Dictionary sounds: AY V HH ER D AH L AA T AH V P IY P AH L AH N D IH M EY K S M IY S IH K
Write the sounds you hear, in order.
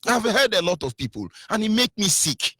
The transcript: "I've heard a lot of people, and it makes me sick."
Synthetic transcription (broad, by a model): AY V HH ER D AH L AA T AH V P IY P AH L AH N IH M EY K M IY S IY K